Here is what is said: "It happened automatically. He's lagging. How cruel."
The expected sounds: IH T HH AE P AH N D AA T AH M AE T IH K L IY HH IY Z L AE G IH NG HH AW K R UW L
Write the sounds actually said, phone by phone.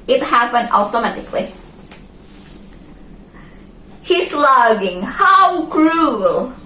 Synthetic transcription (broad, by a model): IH T HH AE P AH N D AA T AH M AE T IH K L IY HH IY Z L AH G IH NG HH AW K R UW L